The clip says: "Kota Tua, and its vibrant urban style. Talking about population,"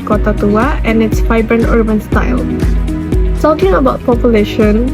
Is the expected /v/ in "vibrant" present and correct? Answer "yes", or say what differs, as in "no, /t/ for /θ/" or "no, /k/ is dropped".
no, /f/ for /v/